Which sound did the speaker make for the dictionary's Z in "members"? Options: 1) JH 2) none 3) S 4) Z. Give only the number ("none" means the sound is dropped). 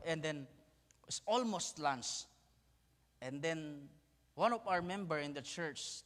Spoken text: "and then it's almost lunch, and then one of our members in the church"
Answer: 2